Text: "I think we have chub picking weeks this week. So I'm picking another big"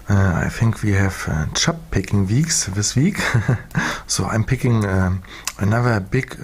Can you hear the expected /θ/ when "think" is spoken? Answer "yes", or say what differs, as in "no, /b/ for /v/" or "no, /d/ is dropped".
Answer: yes